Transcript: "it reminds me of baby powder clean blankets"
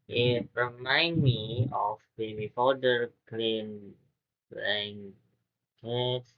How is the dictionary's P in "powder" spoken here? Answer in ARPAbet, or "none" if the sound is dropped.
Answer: F